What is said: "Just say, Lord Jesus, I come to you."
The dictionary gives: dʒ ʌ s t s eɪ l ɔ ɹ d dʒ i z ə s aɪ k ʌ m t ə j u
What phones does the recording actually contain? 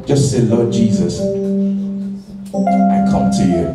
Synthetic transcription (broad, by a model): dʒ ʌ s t s eɪ l ɔ d dʒ i z ə s aɪ k ʌ m t ə j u